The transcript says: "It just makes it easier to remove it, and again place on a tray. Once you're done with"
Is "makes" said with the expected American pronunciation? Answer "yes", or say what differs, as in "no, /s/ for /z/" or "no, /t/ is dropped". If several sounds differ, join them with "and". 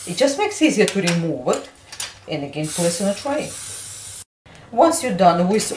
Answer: yes